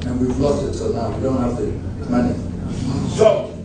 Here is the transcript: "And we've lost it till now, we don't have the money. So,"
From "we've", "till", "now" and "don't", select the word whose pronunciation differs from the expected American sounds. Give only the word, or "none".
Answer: till